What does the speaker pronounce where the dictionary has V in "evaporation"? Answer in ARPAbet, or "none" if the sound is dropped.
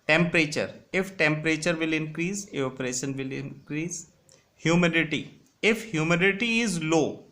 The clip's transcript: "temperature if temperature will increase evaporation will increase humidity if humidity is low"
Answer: none